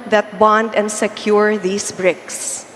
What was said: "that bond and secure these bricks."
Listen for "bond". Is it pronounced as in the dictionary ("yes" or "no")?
yes